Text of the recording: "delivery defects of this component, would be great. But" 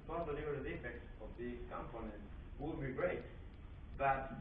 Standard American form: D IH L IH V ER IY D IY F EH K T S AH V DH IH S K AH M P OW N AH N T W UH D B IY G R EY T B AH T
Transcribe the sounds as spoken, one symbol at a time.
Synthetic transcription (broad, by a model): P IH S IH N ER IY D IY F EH K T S AH V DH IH K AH M P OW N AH N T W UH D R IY G R EY T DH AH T